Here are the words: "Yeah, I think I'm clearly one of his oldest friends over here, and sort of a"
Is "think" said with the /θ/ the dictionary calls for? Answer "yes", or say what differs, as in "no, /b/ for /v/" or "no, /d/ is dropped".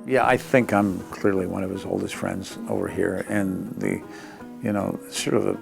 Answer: yes